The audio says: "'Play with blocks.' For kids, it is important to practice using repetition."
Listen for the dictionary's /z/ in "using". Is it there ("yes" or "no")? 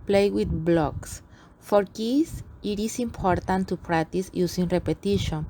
no